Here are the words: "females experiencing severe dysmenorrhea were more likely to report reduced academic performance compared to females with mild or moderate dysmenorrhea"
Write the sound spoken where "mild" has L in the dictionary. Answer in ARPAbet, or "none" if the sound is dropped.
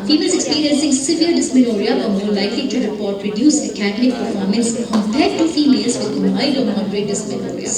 none